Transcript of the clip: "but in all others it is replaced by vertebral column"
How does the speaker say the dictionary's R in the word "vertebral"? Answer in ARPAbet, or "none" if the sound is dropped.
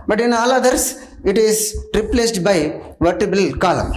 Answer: none